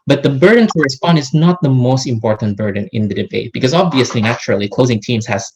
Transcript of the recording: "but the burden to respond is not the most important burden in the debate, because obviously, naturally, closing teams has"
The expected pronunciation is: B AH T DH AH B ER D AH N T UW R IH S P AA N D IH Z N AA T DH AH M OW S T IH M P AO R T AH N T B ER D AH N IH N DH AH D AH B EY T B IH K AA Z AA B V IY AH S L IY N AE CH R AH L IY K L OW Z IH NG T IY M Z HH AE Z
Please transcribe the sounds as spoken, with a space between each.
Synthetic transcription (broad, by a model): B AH T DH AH B ER D AH N T UW R IH S P AA N D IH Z N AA T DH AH M OW S T IH M P AO R T AH N T B ER D AH N IH N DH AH D AH B EY T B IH K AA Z AA B V IY AH S L IY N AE CH R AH L IY K L OW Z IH NG T IY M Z HH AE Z